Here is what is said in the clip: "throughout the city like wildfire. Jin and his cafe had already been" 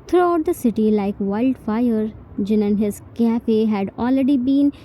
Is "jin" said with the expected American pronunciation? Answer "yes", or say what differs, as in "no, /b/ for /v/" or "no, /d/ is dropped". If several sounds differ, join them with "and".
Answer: yes